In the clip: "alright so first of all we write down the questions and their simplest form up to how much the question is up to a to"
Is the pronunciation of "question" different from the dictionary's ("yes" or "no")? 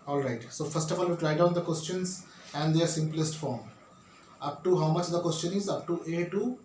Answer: no